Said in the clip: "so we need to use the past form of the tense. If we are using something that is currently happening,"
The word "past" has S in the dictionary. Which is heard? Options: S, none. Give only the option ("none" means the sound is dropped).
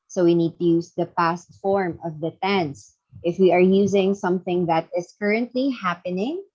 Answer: S